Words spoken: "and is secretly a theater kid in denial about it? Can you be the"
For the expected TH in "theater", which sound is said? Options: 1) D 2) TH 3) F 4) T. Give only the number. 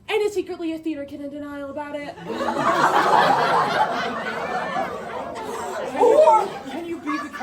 2